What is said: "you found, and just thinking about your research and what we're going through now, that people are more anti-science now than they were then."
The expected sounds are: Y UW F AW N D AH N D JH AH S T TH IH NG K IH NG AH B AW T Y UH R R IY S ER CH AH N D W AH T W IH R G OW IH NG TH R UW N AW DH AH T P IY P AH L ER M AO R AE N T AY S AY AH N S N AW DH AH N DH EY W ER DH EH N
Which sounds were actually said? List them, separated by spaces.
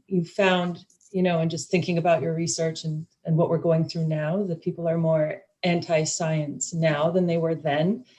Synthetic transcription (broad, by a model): Y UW F AW N D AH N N JH AH S T TH IH NG K IH NG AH B AW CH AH R R IY S ER CH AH N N W AH T W IH R G OW IH NG TH R UW N AW DH AH T P IY P L ER M AO R AE N T AY S AY AH N S N AW DH AH N DH EY W ER DH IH N